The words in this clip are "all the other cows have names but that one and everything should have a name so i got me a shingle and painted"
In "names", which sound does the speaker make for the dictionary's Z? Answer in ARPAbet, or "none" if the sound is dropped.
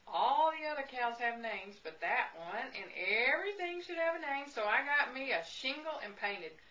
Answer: Z